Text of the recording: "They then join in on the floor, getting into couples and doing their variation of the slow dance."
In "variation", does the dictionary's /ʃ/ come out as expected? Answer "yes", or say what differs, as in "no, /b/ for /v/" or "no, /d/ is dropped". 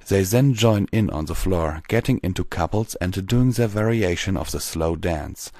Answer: yes